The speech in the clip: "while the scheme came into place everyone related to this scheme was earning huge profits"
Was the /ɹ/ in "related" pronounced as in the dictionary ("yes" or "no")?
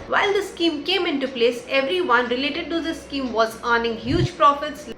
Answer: yes